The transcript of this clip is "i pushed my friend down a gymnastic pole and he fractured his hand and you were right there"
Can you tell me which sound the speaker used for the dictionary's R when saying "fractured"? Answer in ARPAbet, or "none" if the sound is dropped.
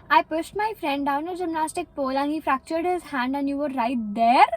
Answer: R